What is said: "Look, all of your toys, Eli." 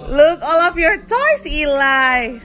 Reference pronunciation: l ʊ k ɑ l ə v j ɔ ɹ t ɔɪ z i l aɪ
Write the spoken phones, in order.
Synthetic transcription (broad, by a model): l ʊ k ɑ l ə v j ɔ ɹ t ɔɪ s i l aɪ